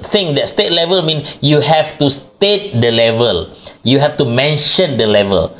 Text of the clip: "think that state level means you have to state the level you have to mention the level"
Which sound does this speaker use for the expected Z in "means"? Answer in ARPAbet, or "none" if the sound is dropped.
none